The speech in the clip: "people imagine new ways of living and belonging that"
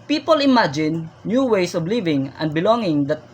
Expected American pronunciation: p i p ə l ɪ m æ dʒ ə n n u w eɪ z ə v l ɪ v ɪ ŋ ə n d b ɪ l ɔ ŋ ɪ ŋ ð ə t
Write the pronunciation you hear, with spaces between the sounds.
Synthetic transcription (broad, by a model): p i p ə l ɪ m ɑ dʒ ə n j u w eɪ s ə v l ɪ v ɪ ŋ ə n d b ɪ l ɔ ŋ ɪ ŋ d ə t